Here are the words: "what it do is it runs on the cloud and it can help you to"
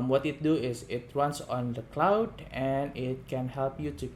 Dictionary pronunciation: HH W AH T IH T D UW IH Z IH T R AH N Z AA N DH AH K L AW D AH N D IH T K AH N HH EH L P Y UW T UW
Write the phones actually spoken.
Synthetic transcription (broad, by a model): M W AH T IH T D UW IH S IH T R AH N S AA N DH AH K L AW D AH N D IH T K AH N HH EH L P Y UW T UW